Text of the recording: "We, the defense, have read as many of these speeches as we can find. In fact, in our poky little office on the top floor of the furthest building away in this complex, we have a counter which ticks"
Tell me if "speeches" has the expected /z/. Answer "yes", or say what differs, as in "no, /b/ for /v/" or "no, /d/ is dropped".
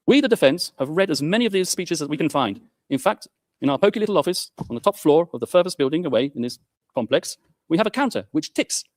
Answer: yes